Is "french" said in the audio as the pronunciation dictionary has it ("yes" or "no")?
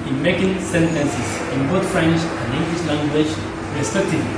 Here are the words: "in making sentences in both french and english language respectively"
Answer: no